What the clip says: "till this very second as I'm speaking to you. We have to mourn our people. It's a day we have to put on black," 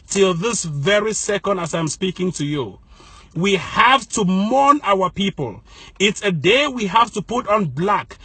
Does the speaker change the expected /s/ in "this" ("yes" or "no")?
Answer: no